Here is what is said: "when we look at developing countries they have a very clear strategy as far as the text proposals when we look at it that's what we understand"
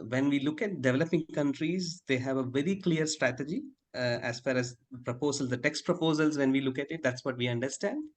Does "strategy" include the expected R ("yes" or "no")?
yes